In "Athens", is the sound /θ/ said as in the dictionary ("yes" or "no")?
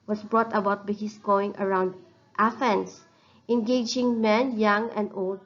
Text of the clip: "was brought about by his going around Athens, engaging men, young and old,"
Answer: no